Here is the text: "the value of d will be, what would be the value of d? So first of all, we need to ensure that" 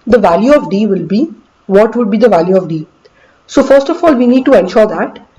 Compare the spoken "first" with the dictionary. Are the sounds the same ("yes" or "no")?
yes